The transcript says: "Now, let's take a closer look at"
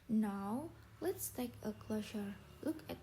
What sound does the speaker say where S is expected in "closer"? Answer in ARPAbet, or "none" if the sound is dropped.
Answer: SH